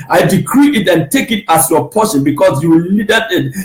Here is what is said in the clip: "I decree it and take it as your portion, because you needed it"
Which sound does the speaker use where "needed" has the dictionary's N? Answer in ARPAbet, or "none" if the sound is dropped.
L